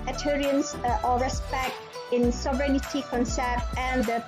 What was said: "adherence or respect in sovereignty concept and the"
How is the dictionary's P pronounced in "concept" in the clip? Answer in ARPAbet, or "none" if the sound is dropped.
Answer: none